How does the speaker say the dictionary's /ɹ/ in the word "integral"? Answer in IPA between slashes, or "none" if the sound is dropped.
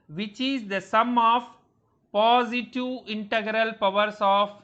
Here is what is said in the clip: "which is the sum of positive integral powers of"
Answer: /ɹ/